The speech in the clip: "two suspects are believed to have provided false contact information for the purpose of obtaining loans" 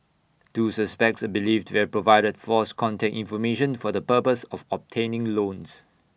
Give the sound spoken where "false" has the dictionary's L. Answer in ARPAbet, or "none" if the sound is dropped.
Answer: none